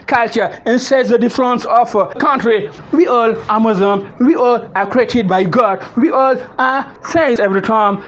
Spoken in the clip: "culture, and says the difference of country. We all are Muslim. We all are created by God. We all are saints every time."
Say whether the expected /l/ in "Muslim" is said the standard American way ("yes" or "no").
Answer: no